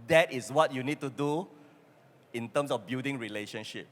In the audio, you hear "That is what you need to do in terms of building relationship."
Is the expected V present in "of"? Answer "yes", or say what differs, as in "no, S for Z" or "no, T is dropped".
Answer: no, F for V